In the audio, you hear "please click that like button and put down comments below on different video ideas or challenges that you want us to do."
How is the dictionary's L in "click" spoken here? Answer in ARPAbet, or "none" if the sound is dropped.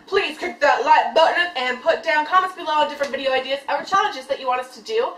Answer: none